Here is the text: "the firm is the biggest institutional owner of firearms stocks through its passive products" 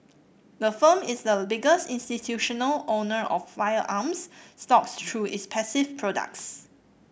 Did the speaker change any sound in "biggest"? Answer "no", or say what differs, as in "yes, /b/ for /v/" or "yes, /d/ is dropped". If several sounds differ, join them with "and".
no